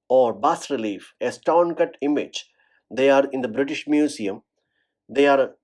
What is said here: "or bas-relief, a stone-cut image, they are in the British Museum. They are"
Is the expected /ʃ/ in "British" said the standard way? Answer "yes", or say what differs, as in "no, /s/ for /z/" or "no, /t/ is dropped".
yes